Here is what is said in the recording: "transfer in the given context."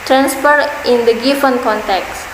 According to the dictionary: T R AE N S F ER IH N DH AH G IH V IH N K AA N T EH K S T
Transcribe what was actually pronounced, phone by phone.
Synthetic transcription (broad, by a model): T R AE N S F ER IH N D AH G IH F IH N K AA N T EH K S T